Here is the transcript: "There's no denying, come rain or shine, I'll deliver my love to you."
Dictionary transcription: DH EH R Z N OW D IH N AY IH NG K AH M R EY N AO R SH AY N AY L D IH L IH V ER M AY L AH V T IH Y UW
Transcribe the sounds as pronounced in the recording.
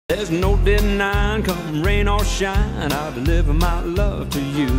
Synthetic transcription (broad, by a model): DH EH R Z N OW D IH N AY IH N K AH M R EY N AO L SH AY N AY L D IH L IH V ER M AY L AH V T IH Y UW